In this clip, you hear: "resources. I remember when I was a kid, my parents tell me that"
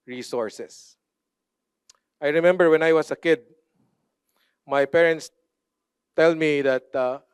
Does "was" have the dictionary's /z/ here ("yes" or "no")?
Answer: no